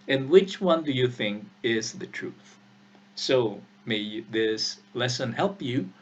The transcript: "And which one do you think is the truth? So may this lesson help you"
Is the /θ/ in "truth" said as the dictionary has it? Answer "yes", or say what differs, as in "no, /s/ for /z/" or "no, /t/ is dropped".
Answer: yes